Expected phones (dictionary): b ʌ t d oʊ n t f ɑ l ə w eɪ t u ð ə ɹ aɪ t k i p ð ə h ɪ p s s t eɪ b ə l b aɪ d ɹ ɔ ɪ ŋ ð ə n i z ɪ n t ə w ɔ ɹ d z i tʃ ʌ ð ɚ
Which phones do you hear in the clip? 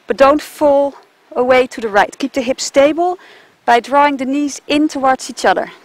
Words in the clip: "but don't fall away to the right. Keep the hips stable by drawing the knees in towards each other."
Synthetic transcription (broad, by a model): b ʌ t d oʊ n t f ɑ l ə w eɪ t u ð ə ɹ aɪ t k i p ð ə h ɪ p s s t eɪ b ə l b aɪ d ɹ ɔ ɪ ŋ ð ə n i z ɪ n t ə w ɔ ɹ d z i tʃ ʌ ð ɚ